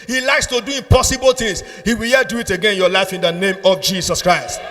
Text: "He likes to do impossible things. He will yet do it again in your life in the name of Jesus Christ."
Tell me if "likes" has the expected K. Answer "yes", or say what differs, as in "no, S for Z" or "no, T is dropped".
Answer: yes